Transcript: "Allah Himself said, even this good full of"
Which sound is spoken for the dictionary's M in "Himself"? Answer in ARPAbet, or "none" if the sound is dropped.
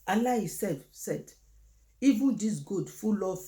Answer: none